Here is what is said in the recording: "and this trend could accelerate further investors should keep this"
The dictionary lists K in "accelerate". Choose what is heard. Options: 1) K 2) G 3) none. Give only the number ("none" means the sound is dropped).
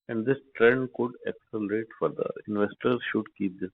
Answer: 1